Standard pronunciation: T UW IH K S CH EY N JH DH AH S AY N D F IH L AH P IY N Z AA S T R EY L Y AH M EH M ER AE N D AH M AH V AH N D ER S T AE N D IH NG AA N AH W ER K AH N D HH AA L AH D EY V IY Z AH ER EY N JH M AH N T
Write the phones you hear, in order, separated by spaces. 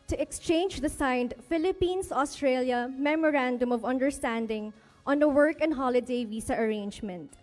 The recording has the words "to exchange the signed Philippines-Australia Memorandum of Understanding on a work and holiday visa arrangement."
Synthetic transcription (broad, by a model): T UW IH K S CH EY N JH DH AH S AY N D F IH L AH P IY N S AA S T R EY L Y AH M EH M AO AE N D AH M AH V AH N D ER S T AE N D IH NG AA N AH W ER K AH N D HH AA L AH D EY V IY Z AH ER EY N JH M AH N T